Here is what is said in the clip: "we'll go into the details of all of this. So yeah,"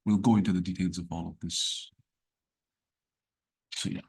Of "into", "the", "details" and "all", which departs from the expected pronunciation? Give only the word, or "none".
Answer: none